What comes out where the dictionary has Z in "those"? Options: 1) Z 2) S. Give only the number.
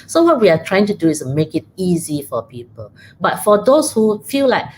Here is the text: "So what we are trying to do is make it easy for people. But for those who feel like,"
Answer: 2